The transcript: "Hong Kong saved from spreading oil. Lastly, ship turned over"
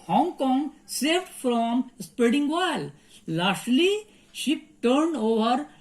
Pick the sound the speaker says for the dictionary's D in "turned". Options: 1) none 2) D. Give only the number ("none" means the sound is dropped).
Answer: 2